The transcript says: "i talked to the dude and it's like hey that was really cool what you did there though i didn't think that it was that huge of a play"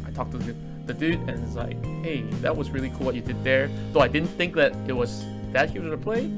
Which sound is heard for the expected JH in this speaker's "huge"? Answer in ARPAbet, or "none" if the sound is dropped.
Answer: Z